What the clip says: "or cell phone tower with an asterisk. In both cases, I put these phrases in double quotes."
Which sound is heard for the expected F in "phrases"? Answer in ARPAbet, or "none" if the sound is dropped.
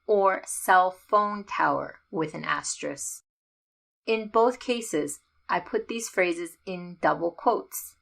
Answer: F